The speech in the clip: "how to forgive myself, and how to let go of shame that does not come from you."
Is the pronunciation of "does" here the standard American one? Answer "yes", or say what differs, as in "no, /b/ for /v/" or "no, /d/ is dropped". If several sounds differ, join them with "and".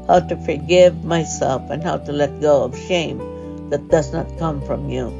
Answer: yes